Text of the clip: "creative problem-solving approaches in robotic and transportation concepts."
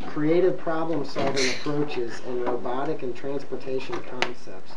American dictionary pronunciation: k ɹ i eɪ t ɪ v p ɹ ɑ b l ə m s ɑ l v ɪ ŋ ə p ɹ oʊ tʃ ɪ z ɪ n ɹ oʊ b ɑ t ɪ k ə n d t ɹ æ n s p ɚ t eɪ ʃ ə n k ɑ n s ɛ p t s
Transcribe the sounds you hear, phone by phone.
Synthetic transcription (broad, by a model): k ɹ i eɪ t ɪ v p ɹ ɑ b l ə m s ɑ l v ɪ ŋ ə p ɹ oʊ tʃ ɪ z ɪ n ɹ oʊ b ɑ t ɪ k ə n t ɹ æ n s p ɚ t eɪ ʃ ə n k ɑ n s ɛ p t s